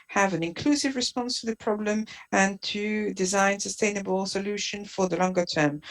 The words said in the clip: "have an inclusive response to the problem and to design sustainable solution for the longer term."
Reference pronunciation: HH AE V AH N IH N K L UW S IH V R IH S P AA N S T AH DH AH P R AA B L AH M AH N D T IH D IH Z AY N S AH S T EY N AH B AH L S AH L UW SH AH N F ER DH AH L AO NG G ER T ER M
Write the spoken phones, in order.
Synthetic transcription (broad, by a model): HH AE V AH N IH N K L UW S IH V R IH S P AA N S T AH DH AH P R AA B L AH M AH N T IH D IH Z AY N S AH S T EY N AH B AH L S AH L UW SH AH N F ER DH AH L AO NG G ER T ER M